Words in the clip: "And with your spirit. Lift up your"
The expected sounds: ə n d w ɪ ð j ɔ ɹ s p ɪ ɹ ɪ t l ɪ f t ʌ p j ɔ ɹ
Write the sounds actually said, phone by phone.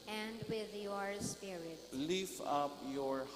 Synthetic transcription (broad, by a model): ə n d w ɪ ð j ɔ ɹ s p ɪ ɹ ɪ t l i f ʌ p j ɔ ɹ